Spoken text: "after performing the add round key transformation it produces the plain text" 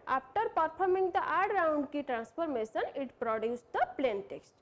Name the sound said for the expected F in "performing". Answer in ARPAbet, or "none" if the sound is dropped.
P